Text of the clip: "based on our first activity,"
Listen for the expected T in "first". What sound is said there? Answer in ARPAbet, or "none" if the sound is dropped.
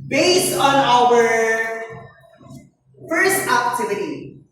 T